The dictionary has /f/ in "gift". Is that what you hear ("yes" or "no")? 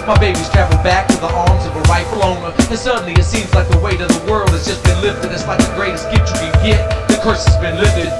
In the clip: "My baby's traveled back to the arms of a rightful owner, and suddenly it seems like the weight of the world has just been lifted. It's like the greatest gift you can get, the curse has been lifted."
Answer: no